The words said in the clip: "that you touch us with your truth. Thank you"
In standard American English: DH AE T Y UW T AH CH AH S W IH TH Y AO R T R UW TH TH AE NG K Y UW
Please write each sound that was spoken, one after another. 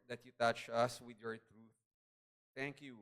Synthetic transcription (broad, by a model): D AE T Y UW T AH CH AH S W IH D Y AO R T R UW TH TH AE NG K Y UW